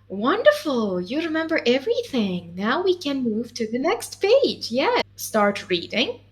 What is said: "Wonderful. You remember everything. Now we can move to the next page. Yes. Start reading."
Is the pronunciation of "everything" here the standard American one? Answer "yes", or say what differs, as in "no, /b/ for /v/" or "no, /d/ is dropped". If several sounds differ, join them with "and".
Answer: yes